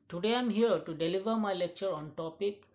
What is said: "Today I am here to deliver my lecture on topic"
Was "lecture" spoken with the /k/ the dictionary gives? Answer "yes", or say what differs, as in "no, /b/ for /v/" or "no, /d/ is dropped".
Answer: yes